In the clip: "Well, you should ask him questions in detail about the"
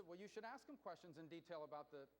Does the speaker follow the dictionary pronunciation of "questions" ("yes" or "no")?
yes